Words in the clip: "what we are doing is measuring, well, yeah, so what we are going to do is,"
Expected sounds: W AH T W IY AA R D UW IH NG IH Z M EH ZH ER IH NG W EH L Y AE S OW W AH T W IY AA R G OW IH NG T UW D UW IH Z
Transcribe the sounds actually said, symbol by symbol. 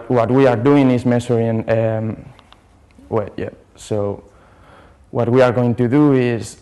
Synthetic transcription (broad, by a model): W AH T W IY AA R D UW IH NG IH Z M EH S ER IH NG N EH W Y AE S OW W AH T W IY AA R G OW IH NG T UW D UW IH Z